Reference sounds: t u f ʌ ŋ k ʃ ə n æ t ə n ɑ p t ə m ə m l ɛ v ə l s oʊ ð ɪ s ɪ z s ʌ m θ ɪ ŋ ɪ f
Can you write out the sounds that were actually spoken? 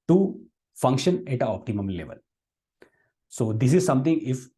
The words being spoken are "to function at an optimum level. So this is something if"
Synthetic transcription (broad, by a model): t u f ʌ ŋ k ʃ ə n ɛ t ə ɑ p t ə m ə m l ɛ v ə l s oʊ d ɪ s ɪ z s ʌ m t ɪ ŋ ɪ f